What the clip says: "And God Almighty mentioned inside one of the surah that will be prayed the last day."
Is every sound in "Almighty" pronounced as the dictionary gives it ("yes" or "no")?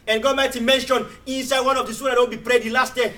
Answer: no